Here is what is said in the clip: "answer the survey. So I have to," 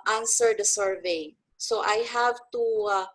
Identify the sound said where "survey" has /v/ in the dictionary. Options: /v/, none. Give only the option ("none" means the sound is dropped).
/v/